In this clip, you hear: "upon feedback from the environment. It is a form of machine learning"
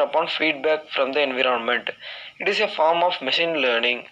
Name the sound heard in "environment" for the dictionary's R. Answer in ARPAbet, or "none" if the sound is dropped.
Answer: R